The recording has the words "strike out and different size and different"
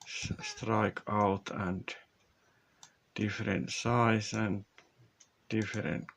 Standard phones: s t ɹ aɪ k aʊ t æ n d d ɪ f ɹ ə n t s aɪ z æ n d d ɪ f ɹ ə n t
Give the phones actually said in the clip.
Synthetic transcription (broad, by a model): s t ɹ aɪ k aʊ t æ n d d ɪ f ɹ ə n t s aɪ s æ n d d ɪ f ɹ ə n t